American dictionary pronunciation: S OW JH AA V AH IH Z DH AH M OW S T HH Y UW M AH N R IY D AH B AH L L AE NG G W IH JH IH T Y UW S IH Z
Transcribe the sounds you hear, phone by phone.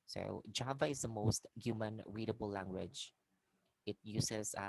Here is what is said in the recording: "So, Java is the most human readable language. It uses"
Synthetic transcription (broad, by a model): S OW JH AA V AH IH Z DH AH M OW S T HH Y UW M AH N R IY D AH B AH L L AE NG G W IH JH IH T Y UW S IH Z